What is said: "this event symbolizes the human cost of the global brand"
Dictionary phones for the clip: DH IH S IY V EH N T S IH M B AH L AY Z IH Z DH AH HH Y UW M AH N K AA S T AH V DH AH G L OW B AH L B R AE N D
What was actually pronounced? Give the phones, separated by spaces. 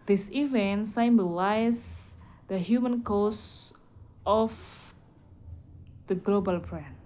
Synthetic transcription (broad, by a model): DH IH S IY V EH N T S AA M B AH L AY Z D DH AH HH Y UW M AH N K AA S T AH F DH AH G L OW B AH L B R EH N